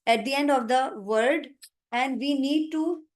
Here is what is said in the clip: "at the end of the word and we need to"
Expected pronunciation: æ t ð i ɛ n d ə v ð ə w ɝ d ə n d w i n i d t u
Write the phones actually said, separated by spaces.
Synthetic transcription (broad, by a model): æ t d i ɛ n d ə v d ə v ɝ d ə n d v i n i d t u